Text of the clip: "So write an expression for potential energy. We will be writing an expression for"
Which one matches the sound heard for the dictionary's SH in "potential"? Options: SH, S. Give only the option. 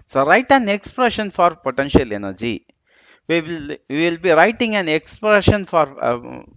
SH